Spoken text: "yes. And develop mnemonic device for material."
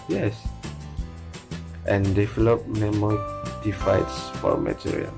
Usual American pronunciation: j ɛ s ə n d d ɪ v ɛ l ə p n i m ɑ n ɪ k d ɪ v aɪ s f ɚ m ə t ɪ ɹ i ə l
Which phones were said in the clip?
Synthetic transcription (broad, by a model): j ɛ s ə n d d ɪ v ɛ l ə p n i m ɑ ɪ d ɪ f aɪ s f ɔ m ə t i ɹ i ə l